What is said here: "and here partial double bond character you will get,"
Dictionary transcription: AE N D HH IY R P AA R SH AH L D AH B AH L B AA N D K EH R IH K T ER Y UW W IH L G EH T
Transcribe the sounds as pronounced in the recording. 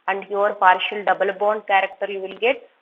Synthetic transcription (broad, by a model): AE N D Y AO R P AA R SH AH L D AH B AH L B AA N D K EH R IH K T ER Y UW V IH L G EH T